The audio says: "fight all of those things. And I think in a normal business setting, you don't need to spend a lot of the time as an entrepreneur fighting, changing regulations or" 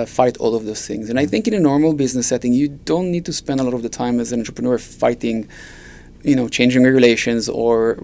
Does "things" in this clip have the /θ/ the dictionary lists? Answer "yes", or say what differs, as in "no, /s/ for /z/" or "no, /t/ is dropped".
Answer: yes